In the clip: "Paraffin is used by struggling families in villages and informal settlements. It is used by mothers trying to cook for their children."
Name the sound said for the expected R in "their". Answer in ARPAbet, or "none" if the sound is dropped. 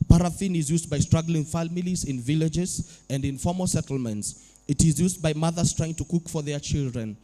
R